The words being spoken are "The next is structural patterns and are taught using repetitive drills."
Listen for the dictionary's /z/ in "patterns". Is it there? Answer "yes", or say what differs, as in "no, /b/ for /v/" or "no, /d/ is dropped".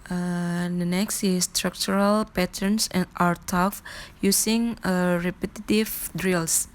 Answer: no, /s/ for /z/